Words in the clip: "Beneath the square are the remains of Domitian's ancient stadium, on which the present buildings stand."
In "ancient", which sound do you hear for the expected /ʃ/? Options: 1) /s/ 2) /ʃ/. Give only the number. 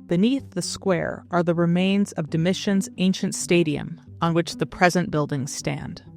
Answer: 2